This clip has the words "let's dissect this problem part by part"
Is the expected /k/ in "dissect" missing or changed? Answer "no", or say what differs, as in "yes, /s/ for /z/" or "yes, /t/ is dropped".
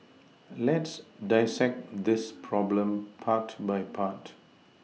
no